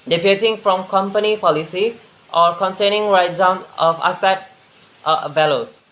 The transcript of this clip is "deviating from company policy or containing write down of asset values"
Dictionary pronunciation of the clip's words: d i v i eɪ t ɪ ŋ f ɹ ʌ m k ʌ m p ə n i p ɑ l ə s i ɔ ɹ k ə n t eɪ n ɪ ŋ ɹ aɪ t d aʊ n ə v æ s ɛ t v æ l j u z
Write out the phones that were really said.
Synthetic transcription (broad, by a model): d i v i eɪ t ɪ ŋ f ɹ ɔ m k ʌ m p ə n i p ɑ l ə s i ɔ ɹ k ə n s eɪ n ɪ ŋ ɹ aɪ t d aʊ n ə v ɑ s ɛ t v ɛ l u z